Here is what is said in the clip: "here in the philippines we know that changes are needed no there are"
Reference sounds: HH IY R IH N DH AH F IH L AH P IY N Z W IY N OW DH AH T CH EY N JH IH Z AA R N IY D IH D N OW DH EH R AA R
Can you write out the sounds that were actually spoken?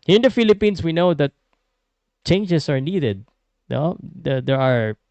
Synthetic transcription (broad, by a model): HH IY R IH N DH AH F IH L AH P IY N S W IY N OW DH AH T CH EY N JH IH S AA R N IY D IH D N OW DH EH R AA R